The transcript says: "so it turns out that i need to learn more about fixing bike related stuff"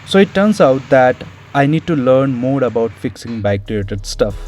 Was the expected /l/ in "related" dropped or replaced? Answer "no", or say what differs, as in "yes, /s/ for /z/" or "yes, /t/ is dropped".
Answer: yes, /l/ is dropped